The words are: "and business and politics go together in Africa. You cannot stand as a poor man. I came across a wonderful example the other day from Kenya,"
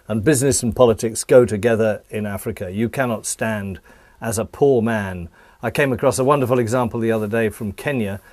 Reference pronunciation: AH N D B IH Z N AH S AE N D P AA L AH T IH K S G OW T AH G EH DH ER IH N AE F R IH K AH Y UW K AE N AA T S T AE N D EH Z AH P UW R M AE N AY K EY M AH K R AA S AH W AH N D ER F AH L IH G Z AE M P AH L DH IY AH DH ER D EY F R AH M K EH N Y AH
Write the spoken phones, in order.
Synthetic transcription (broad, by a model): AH N B IH Z N AH S N P AA L AH T IH K S G OW T AH G EH DH ER IH N AE F R IH K AH Y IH K AE N AA T S T AE N D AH Z AH P UW R M AE N AY K EY M AH K R AA S AH W AH N D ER F L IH G Z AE M P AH L DH IY AH DH ER D EY F R AH M K EH N Y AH